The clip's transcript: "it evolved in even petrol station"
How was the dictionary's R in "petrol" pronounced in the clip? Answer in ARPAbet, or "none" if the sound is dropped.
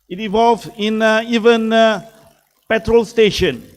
R